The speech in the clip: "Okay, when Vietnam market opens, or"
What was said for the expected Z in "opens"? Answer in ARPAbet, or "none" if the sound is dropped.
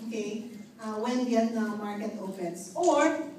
S